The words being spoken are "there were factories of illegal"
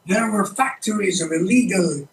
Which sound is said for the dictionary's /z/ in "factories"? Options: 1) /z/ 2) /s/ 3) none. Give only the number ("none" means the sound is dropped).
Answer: 1